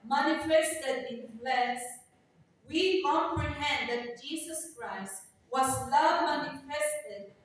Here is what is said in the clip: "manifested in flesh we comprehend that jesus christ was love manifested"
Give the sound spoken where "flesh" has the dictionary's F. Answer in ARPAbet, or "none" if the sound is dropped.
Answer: P